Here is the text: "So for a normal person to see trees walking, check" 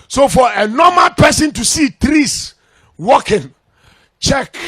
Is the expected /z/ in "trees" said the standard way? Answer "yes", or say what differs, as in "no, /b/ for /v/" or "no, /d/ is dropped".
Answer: no, /s/ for /z/